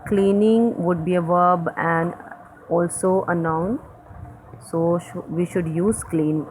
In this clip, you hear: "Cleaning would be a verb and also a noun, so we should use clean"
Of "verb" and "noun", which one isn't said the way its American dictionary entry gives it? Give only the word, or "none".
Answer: none